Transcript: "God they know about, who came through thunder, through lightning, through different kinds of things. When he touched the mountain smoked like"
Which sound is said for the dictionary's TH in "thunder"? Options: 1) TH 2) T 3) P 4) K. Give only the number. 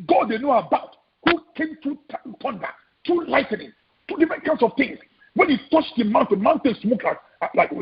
2